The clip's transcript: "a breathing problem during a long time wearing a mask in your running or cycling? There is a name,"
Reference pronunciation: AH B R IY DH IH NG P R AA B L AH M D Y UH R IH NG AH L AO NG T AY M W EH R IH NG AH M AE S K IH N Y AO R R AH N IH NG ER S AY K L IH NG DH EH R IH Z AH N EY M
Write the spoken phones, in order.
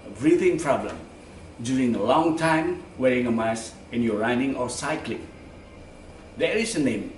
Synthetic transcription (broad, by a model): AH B R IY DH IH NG P R AA B L AH M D Y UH R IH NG AH L AO NG T AY M W EH R IH NG AH M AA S IH N Y AO R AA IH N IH NG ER S AY K L IH NG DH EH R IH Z AH N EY M